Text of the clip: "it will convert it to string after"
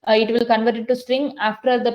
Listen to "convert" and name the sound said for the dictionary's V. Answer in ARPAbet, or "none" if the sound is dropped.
V